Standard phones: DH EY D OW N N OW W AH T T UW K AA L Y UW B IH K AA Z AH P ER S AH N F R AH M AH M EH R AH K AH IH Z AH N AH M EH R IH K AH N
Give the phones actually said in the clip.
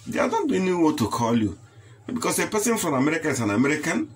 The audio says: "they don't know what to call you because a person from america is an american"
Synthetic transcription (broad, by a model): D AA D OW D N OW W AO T T UW K AA L Y UW B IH K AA S AH P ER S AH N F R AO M AH M EH R AH K AH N S AH N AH M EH R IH K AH N